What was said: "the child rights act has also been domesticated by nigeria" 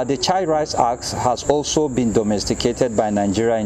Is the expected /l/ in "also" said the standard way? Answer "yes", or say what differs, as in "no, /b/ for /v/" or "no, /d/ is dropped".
yes